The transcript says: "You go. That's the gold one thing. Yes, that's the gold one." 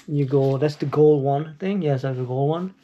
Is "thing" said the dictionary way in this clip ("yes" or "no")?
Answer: yes